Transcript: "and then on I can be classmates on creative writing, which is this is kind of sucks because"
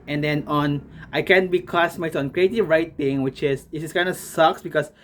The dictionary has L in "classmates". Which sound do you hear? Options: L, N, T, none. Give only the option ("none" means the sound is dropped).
none